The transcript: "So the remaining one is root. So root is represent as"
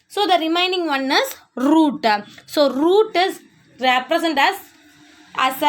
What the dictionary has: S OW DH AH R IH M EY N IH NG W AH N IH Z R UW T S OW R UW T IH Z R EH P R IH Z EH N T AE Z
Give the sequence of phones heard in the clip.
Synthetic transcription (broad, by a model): S OW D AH R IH M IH N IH NG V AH N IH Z R UW T S OW R UW T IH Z R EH P R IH S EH N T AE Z